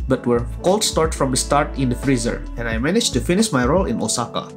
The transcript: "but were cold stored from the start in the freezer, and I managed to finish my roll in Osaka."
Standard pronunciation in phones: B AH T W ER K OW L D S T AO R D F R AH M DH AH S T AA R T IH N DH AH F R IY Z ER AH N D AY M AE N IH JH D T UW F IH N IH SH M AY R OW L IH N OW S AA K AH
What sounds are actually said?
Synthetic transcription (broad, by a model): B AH T W ER K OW L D S T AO R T F R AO M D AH S T AA R T IH N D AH F R IY Z ER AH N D AY M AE N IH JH T UW F IH N IH SH M AY R OW L IH N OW S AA K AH